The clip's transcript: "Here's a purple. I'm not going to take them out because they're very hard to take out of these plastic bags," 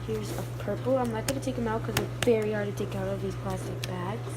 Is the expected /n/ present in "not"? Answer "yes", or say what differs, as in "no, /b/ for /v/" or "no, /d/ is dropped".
no, /l/ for /n/